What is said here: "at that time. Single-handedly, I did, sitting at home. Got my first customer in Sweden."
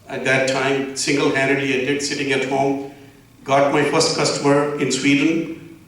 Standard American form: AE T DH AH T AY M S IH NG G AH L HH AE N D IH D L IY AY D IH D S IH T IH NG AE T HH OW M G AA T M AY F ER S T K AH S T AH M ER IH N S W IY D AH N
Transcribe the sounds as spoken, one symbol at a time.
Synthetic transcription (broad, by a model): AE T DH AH T AY M S IH NG G AH L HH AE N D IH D IY AY D IH D S IH T IH NG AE T HH OW M G AA T M AY F ER S T K AH S T AH M ER IH N S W IY D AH N